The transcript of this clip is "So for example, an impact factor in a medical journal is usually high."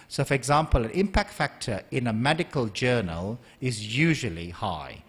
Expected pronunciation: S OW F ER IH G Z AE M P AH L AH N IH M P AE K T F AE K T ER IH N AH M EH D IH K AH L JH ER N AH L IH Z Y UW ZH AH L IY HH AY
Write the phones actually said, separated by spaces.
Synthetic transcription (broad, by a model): S OW F ER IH G Z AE M P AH L AH N IH M P AE K T F AE K T ER IH N AH M EH D IH K AH L JH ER N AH L IH Z Y UW ZH AH L IY HH AY